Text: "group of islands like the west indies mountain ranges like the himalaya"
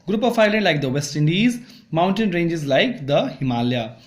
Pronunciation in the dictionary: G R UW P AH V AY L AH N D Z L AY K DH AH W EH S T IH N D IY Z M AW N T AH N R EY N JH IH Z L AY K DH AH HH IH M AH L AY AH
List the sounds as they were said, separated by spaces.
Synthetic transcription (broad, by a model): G R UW P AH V AY L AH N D L AY K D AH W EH S T IH N D IY Z M AW N T AH N R EY N JH IH Z L AY K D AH HH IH M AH L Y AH